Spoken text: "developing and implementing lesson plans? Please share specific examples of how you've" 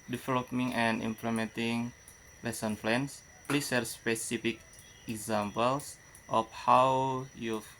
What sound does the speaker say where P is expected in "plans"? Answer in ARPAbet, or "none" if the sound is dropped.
F